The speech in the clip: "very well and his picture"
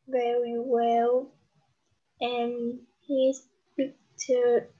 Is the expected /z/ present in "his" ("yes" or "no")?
no